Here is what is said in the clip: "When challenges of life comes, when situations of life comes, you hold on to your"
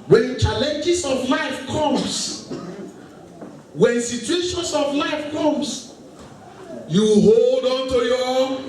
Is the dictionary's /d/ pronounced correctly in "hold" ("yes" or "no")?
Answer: yes